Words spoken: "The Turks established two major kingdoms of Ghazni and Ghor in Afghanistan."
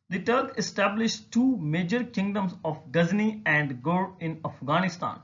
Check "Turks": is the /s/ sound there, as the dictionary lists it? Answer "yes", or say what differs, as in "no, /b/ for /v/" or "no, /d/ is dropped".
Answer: no, /s/ is dropped